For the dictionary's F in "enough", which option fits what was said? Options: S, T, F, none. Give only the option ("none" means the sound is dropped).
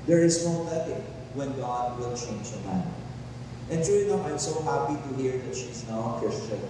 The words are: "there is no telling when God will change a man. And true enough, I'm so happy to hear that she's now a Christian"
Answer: none